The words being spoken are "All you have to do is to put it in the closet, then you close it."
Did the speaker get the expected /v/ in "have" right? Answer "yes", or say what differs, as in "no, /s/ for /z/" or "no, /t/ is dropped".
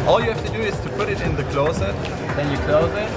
no, /f/ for /v/